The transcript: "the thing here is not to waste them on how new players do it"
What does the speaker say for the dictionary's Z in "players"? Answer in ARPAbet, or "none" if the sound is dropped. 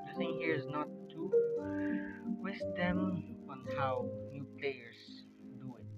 S